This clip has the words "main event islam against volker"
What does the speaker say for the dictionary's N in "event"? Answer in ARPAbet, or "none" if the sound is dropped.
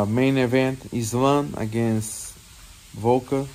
N